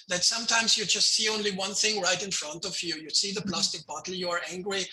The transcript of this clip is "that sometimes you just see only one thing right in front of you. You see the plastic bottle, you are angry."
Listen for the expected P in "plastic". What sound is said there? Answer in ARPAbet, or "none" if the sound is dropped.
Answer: P